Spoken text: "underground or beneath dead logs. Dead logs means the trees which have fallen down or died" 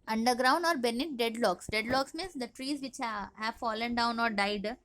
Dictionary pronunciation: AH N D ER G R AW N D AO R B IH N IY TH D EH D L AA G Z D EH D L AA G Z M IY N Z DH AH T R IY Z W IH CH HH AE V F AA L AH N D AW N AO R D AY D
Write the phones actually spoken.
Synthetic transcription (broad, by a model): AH N D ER G R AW N D AO R B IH N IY T D EH D L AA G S D EH D L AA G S M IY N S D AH T R IY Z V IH CH HH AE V F AA L AH N D AW N AO R D AY D